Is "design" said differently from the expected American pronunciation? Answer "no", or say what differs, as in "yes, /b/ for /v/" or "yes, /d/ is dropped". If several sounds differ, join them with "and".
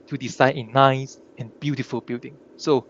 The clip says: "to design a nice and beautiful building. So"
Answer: yes, /s/ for /z/